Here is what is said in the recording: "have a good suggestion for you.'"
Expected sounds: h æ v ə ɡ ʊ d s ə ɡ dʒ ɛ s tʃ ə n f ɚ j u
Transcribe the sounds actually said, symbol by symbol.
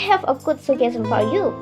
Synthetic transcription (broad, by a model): h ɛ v ə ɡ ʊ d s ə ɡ ɛ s ə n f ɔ j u